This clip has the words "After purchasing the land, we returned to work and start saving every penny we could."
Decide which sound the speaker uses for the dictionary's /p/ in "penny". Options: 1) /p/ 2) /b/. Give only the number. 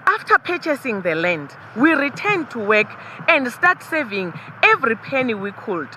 1